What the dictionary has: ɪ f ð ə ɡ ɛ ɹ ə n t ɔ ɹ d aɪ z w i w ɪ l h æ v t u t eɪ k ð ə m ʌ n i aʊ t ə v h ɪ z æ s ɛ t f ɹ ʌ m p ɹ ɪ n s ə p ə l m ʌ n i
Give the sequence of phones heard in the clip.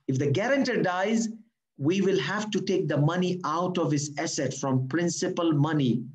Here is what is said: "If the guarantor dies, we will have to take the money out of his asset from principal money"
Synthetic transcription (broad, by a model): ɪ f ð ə ɡ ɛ ɹ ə n t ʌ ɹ d aɪ z w i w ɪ l h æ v t u t eɪ k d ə m ʌ n i aʊ t ə v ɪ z æ s ɛ t f ɹ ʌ m p ɹ ɪ n s ə p ə l m ʌ n i